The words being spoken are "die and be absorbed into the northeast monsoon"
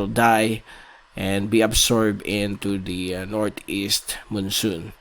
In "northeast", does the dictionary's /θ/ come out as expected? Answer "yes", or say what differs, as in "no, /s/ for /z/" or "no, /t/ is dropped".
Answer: no, /t/ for /θ/